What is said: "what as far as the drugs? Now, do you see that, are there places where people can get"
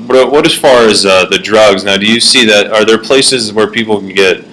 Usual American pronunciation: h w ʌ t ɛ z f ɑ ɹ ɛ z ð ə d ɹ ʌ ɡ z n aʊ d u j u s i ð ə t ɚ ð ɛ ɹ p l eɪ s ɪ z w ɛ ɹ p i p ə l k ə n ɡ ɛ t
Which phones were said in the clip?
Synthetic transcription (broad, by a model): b w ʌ t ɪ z f ɑ ɹ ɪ z ð ə d ɹ ʌ ɡ z n aʊ d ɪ j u s i ð ə t ɚ ð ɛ ɹ p l eɪ s ɪ z w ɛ ɹ p i p l k n ɡ ɛ t